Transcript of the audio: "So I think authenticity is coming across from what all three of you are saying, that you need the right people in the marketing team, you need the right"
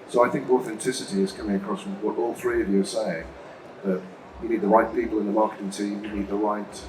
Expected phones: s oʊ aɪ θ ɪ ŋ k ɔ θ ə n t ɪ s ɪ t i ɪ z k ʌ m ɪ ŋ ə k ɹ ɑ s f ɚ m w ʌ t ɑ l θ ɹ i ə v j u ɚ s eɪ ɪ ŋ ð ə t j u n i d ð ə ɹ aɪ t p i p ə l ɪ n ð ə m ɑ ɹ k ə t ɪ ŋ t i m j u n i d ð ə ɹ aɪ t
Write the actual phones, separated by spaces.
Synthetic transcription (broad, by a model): s oʊ aɪ θ ɪ ŋ k ɔ θ ə n t ɪ s ɪ t i ɪ z k ʌ m ɪ ŋ ə k ɹ ɑ s w ʌ t ɑ l θ ɹ i ə v j u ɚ s eɪ ɪ ŋ ð ə t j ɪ n i d ð ə ɹ aɪ t p i p l ɪ n ð ə m ɑ ɹ k ə t ɪ ŋ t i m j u n i d ð ə ɹ aɪ t